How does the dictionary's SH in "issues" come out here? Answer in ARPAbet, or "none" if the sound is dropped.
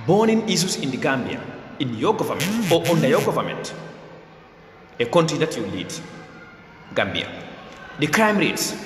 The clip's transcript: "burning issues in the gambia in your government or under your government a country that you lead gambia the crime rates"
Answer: S